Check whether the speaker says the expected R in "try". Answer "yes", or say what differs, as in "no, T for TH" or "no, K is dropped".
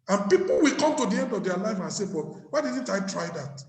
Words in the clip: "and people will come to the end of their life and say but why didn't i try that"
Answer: yes